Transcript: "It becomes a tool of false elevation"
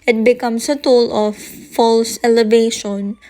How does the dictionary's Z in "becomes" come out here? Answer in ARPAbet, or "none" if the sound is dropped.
S